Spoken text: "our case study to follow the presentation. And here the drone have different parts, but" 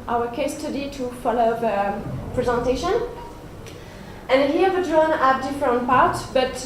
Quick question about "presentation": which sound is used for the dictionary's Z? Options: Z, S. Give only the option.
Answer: Z